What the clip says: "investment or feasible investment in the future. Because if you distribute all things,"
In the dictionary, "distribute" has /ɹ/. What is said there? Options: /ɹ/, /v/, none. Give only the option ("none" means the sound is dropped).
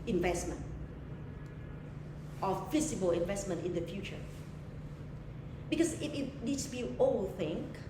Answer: none